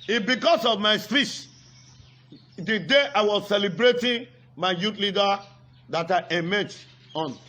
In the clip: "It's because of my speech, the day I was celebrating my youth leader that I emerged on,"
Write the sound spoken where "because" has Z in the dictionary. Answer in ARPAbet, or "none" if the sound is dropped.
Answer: S